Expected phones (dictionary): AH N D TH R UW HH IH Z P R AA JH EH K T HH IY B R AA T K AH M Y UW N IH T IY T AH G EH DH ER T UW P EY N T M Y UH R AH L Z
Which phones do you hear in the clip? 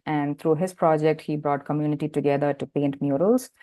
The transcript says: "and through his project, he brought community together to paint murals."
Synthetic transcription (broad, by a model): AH N D T R UW HH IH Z P R AA JH EH K T HH IY B R AA T K AH M Y UW N IH T IY T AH G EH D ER T UW P EY N T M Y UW R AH L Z